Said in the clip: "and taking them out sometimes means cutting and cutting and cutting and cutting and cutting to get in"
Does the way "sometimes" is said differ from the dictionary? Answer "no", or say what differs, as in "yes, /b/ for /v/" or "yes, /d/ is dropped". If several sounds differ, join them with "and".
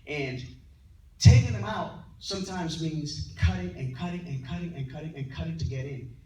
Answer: no